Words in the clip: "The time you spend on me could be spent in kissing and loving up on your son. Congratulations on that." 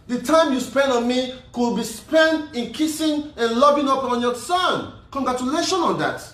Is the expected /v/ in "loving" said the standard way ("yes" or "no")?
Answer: no